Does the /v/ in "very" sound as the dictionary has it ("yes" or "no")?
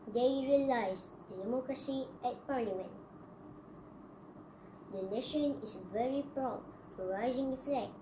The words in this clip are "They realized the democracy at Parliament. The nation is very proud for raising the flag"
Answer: yes